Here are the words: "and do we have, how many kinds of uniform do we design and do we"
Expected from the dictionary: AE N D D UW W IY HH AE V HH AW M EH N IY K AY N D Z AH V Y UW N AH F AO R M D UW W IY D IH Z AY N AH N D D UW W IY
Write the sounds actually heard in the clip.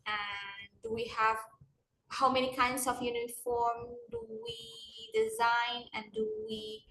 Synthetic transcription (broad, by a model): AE N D D UW W IY HH AE V HH AW M EH N IY K AY N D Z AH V Y UW N AH F AO R M D UW W IY D IH Z AY N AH N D D UW W IY